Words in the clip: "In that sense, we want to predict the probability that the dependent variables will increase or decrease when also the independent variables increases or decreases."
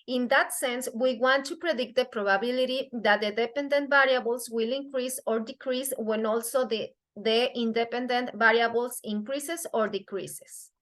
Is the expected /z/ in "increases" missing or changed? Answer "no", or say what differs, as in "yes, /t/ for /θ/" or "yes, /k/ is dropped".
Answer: yes, /s/ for /z/